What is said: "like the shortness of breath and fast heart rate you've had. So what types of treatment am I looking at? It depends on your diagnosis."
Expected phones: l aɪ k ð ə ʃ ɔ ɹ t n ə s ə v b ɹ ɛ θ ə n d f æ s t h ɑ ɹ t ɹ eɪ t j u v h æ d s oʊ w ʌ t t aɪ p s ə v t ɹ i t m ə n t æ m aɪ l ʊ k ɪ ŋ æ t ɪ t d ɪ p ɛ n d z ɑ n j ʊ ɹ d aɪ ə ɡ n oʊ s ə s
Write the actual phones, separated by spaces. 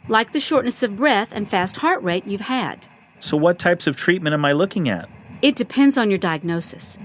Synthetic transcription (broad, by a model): l aɪ k ð ə ʃ ɔ ɹ t n ə s ə v b ɹ ɛ θ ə n f æ s t h ɑ ɹ t ɹ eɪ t j u v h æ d s oʊ w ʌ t t aɪ p s ə v t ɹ i t m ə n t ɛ m aɪ l ʊ k ɪ ŋ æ t ɪ t d ɪ p ɛ n d z n j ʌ ɹ d aɪ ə ɡ n oʊ s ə s